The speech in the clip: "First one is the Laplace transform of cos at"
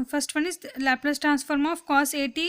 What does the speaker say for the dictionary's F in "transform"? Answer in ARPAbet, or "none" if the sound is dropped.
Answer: F